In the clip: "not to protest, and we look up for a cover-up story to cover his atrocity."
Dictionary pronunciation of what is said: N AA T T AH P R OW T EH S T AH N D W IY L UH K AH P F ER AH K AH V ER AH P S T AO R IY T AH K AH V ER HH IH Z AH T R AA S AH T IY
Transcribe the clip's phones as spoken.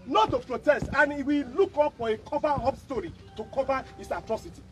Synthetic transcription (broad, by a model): N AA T T AH P R OW T EH S T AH N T W IY L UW K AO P F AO AH K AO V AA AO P S T AO R IY T AH K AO V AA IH S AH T R AA S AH T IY